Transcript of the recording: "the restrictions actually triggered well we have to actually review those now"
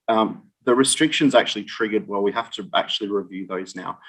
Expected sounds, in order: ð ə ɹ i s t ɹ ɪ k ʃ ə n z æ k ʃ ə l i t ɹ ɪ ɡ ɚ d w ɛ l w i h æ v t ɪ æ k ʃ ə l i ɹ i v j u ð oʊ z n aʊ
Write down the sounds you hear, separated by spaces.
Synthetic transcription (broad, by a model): ð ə ɹ i s t ɹ ɪ k ʃ ə n z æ k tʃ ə l i t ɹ ɪ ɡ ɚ d w ɛ l w i h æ f t ɪ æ k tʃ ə l i ɹ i v j u ð oʊ z n aʊ